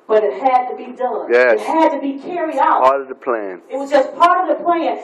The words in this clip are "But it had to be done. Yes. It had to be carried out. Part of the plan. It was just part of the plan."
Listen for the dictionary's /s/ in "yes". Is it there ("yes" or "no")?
no